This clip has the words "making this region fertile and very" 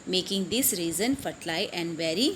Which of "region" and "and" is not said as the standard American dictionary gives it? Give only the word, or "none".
region